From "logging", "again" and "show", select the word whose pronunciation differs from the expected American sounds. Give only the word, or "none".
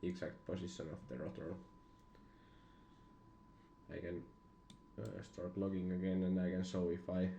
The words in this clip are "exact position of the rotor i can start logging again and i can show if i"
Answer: show